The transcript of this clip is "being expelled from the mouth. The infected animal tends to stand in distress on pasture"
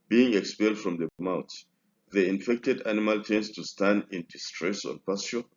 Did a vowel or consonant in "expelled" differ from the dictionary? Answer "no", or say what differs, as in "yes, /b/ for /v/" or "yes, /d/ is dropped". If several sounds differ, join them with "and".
no